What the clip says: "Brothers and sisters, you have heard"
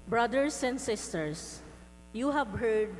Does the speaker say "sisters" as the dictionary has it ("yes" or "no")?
no